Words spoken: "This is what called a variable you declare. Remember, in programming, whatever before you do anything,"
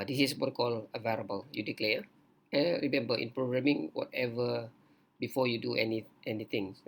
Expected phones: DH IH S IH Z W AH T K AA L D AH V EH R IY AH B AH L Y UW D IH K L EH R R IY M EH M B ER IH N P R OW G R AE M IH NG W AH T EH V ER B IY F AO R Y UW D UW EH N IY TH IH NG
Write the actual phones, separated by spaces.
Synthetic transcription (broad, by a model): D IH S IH S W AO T K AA L AH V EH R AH B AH L Y UW D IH K L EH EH R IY M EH M B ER IH N P R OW G R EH M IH NG W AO T EH V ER B IY F AO Y UW D UW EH N IY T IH NG